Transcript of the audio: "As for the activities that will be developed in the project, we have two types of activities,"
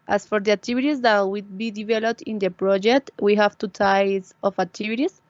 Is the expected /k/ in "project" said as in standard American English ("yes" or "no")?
yes